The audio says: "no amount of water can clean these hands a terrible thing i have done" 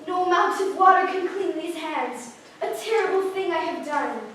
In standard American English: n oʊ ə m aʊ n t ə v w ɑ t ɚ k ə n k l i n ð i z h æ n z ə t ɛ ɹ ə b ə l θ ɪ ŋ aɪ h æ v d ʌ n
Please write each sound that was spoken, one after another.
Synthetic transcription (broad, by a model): n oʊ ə m aʊ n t ə v w ɑ t ɚ k ə n k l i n ð i z h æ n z ə t ɛ ɹ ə b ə l θ ɪ ŋ aɪ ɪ v d ʌ n